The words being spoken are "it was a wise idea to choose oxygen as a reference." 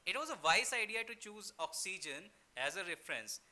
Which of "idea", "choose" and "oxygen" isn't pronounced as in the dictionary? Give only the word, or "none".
none